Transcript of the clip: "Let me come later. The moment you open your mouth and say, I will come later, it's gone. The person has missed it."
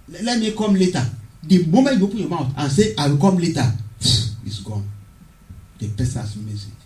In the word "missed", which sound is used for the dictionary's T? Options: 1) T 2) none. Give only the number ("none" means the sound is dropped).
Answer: 2